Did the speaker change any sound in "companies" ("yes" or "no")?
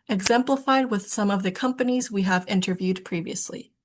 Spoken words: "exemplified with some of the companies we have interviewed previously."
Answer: no